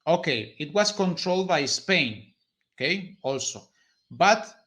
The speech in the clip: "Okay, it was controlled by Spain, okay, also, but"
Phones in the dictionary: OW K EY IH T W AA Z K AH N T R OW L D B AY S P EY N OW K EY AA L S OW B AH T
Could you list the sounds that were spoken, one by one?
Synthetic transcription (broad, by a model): OW K EY IH T W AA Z K AH N T R OW L D B AY S P EY N OW K EY AA L S OW B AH T